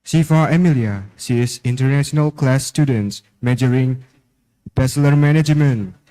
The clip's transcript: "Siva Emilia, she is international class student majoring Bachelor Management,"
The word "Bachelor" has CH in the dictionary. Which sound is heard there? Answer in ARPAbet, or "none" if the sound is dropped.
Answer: S